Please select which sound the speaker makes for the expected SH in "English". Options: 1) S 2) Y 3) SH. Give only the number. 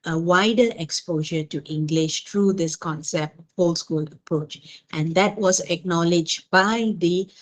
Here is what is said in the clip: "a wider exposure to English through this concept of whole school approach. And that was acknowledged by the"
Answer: 3